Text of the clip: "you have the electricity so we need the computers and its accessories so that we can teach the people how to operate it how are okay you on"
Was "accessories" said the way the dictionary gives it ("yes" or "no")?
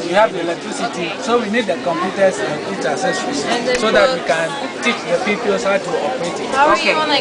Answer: no